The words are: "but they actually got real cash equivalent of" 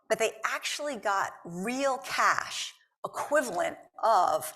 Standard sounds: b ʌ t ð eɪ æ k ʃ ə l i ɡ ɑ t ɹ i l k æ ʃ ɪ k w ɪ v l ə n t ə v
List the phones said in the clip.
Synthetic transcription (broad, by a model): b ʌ t ð eɪ æ k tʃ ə l i ɡ ɑ t ɹ i l k æ ʃ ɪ k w ɪ v l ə n t ə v